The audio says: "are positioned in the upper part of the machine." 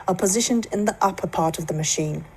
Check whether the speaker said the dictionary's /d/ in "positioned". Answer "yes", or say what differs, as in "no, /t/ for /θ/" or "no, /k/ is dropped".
yes